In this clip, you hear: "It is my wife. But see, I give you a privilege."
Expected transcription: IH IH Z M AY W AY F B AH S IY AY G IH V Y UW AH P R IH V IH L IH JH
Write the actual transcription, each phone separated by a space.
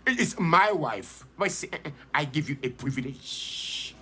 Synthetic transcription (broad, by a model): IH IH S M AY W AY F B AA S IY AY G IH V Y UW AH P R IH V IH L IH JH